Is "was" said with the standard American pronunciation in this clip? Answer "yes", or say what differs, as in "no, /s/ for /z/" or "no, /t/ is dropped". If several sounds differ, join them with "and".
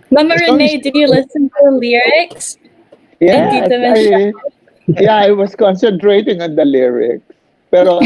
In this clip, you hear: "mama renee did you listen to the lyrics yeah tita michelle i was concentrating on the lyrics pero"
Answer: no, /s/ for /z/